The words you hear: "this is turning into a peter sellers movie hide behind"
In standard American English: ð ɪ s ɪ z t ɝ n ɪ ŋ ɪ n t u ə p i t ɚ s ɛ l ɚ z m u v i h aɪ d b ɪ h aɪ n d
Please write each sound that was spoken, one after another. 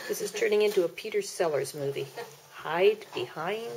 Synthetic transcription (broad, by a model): ð ɪ s ɪ z t ɝ n ɪ ŋ ɪ n t u ə p i t ɚ s ɛ l ɚ z m u v i h aɪ d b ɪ h aɪ n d